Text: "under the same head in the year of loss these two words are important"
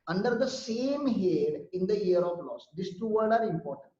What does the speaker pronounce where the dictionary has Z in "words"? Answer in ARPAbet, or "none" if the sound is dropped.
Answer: none